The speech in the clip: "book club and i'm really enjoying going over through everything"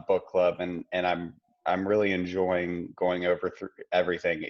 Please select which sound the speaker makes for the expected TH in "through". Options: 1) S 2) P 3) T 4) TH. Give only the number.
4